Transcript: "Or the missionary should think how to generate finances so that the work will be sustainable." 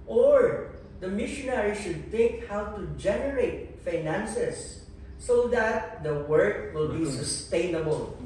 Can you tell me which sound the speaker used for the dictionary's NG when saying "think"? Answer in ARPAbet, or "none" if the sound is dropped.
none